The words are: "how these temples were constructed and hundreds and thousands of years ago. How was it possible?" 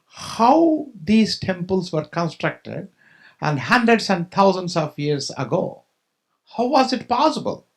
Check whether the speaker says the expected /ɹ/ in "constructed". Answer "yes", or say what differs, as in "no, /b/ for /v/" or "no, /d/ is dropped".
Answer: yes